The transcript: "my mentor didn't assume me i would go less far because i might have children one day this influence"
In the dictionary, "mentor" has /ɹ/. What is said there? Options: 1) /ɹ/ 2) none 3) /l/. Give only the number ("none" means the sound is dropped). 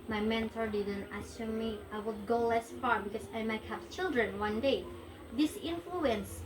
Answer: 1